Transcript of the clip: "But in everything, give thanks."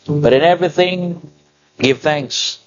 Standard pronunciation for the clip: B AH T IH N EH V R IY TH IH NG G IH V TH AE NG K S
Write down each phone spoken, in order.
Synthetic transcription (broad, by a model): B AH T IH N EH V R IY TH IH NG G IH V TH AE NG K S